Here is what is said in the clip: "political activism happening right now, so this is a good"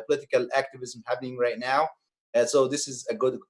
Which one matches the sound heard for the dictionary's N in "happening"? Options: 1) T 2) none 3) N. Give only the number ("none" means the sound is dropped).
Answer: 3